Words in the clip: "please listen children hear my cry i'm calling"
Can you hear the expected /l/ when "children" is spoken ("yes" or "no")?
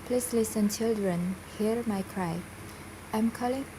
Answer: yes